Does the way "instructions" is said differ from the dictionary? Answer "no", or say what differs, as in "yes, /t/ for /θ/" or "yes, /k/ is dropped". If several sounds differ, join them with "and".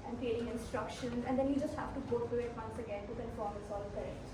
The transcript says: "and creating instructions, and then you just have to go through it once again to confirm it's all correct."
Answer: no